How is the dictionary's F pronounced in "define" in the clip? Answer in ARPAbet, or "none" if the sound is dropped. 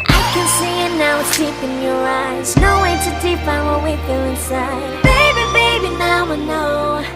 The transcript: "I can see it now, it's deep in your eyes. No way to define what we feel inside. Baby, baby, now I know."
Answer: P